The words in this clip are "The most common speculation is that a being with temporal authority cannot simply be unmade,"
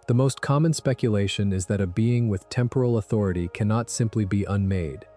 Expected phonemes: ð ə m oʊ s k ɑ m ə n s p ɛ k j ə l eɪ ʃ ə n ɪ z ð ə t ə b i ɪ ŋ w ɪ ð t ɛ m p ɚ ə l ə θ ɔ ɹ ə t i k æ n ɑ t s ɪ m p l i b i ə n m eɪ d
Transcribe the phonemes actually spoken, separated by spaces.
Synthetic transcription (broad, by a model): ð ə m oʊ s k ɑ m ə n s p ɛ k j ə l eɪ ʃ ə n ɪ z ð ə t ə b i ɪ ŋ w ɪ ð t ɛ m p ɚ l ə θ ɔ ɹ ə t i k æ n ɑ t s ɪ m p l i b i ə n m eɪ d